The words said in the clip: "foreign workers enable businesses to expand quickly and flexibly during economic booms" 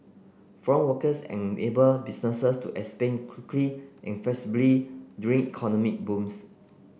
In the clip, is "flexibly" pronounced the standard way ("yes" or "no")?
no